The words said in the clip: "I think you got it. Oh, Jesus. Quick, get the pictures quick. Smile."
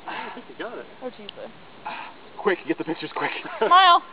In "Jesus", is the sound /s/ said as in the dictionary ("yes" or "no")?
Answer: no